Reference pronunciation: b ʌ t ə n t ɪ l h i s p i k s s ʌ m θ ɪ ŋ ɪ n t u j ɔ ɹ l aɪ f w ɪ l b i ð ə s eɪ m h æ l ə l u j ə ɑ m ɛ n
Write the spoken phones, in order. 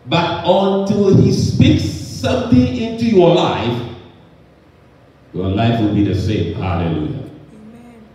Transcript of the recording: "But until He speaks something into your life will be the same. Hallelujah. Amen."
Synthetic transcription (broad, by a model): b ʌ t ə n t ɪ l h i s p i k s s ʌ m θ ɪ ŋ ɪ n t u j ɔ l l aɪ f w ɪ l b i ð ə s eɪ m h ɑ l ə l u j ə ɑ